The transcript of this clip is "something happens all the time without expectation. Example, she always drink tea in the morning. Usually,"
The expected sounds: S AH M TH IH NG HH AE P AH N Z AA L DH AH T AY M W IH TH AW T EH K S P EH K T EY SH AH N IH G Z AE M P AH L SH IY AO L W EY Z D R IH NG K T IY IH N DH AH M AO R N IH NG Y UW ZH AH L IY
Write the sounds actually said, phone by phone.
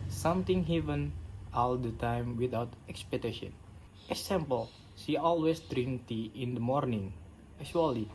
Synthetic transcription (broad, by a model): S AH M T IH NG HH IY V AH N AA L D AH T AY M W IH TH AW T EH K S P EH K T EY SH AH N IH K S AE M P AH L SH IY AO L W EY S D R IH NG T IY IH N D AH M AO R N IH NG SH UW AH L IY